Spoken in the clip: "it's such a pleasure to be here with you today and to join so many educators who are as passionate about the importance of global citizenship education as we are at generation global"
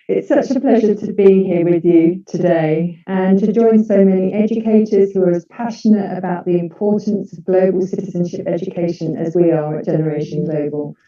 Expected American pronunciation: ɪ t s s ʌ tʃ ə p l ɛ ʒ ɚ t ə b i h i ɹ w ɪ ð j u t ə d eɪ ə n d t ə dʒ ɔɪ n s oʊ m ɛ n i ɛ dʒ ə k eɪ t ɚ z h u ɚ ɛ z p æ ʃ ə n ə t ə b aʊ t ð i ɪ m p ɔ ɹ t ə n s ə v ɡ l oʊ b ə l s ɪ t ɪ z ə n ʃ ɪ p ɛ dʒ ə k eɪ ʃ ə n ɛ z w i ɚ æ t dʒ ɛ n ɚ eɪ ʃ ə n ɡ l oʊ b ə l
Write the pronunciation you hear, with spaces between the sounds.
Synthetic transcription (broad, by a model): ɪ t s s ʌ tʃ ə p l ɛ ʒ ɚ t ə b i h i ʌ w ɪ ð j u t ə d eɪ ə n t ə dʒ ɔɪ n s oʊ m ɛ n i ɛ dʒ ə k eɪ t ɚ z h u ɚ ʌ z p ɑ ʃ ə n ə t ə b aʊ t ð i ɪ m p ɔ t n s ə v ɡ l oʊ b ə l s ɪ t ɪ z ə n ʃ ɪ p ɛ dʒ ə k eɪ ʃ ə n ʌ z w i ɚ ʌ t dʒ ɛ n ɚ eɪ ʃ ə n ɡ l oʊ b ə l